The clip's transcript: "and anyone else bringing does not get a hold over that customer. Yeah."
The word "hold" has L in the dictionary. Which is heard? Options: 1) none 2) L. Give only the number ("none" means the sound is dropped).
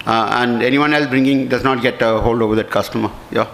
2